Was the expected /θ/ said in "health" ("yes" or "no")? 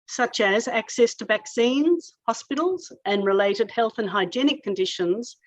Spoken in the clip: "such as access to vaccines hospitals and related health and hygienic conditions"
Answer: yes